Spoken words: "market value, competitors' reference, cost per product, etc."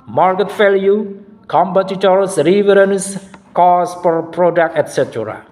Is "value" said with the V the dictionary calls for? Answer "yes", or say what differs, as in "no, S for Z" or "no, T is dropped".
no, F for V